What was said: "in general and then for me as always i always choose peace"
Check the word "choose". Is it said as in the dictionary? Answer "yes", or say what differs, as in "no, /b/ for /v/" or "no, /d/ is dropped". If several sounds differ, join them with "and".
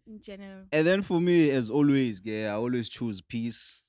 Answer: yes